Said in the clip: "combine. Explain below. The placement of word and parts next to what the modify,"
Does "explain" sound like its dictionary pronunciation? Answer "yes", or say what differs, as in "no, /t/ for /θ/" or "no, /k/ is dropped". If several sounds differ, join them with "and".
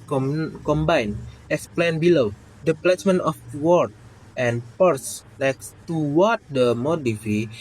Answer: no, /k/ is dropped